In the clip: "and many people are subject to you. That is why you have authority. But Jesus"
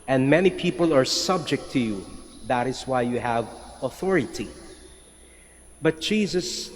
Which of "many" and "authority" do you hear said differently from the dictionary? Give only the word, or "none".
none